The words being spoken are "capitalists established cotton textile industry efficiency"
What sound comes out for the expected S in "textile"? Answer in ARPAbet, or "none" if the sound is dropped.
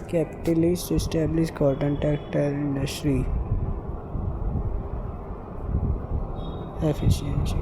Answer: none